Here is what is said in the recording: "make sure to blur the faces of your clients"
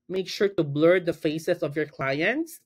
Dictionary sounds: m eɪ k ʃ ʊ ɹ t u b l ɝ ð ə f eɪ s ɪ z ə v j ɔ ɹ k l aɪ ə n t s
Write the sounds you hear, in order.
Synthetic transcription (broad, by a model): m eɪ k ʃ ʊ ɹ t u b l ɝ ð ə f eɪ s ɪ s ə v j ɔ ɹ k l aɪ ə n t s